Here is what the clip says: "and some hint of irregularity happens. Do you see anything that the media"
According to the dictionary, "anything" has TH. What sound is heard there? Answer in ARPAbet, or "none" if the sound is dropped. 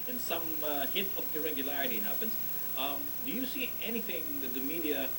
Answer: TH